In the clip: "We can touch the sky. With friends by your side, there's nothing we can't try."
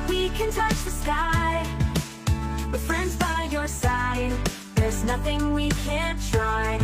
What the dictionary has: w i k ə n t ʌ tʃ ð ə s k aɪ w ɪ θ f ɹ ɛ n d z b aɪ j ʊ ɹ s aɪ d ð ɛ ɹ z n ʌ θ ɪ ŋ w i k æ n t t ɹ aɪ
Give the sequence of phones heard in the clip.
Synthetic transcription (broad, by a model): w i k ə n t ʌ tʃ ð ə s k aɪ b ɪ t f ɹ ɛ n d z b aɪ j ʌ ɹ s aɪ d ð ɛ ɹ z n ʌ θ ɪ ŋ w i k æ n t t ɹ aɪ